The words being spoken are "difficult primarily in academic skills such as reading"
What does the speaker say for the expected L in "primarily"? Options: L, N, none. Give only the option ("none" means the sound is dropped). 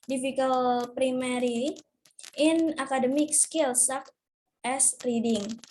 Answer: none